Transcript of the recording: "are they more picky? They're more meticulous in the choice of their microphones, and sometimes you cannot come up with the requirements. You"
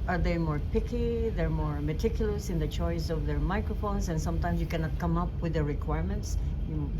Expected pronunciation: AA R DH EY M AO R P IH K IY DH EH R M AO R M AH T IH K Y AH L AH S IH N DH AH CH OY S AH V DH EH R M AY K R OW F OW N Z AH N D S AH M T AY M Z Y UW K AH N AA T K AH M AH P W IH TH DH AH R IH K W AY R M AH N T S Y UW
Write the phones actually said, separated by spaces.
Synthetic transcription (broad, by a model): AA R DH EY M AO R P IH K IY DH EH R M AO R M AH T IH K Y AH L AH S IH N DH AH CH OY S AH V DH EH R M AY K R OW F OW N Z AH N S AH M T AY M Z Y UW K AH N AA T K AH M AH P W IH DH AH R IH K W AY R M AH N T S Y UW